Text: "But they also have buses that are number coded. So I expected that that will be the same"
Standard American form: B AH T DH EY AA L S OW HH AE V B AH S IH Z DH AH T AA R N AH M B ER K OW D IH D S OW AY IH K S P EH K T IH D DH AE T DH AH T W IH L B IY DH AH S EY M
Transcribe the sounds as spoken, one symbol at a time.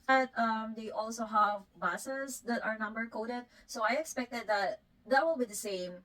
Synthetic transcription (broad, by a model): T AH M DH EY AA L S OW HH AE V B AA S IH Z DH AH T AA R N AH M B ER K OW D IH D S OW AY IH K S P EH K T IH D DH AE T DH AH T W IH L B IY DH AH S EY M